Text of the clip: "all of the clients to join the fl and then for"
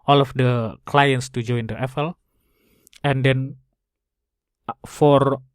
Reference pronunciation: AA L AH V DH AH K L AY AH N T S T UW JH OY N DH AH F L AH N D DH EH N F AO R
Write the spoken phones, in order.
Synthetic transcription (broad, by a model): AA L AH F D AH K L AY AH N T S T UW JH OY N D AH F L AH N D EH N F AO R